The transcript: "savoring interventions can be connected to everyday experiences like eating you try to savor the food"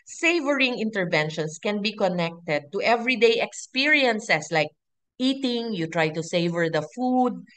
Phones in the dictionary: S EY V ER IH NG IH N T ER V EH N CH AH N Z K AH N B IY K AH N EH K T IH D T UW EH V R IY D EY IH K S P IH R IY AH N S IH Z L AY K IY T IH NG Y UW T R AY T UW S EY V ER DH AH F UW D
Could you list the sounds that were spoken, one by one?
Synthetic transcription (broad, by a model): S EY V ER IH NG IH N T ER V EH N SH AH N S K AH N B IY K AH N EH K T IH D T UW EH V R IY D EY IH K S P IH R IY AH N S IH S L AY K IY T IH NG Y UW T R AY T UW S EY V ER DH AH F UW D